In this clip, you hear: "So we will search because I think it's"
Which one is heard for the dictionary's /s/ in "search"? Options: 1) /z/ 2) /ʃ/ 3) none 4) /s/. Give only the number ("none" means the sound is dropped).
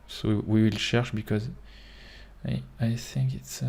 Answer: 2